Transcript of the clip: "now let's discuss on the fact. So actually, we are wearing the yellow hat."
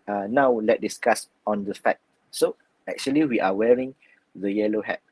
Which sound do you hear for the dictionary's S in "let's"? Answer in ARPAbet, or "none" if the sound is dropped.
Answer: none